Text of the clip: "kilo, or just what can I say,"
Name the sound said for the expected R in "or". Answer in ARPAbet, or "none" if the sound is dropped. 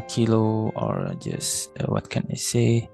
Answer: R